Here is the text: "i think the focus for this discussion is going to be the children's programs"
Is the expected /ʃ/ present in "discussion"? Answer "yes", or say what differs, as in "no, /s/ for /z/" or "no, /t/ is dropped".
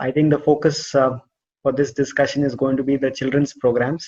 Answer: yes